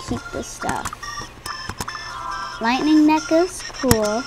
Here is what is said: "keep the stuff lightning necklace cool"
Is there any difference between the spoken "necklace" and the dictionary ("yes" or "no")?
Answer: yes